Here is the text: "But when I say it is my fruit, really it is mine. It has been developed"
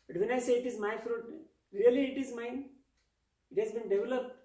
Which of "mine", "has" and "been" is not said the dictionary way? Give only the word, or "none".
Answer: none